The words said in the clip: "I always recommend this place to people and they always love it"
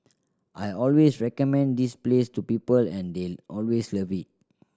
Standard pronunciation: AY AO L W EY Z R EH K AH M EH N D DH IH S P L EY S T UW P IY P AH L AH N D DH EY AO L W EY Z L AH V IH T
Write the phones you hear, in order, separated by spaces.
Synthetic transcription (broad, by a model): AY AO L W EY S R EH K AH M EH N D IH S P L EY S T UW P IY P AH L AH N D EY AO L W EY S L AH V IH T